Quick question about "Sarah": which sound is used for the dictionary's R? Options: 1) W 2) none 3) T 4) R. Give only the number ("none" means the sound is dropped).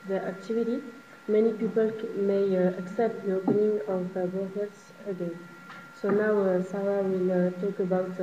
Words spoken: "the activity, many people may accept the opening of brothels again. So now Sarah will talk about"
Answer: 1